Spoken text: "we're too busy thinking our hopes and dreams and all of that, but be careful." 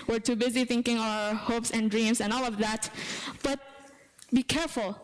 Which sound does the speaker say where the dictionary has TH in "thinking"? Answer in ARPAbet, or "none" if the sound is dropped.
TH